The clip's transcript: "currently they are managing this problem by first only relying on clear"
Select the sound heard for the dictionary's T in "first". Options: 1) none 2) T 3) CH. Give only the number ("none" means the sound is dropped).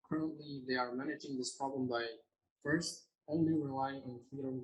2